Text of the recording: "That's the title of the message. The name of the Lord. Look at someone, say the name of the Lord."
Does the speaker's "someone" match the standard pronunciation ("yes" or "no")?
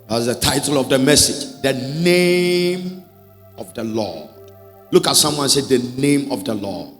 yes